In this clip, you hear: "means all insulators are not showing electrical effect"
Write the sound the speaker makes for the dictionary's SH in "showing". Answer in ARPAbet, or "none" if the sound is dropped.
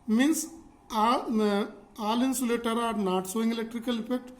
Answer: S